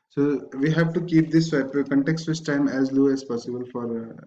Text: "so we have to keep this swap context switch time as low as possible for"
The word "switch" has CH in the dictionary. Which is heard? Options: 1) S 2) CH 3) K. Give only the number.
1